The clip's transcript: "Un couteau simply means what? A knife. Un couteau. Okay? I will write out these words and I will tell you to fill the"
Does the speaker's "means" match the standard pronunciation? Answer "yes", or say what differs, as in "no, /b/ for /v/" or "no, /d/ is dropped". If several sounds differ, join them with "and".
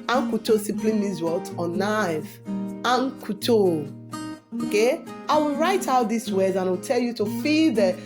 no, /n/ is dropped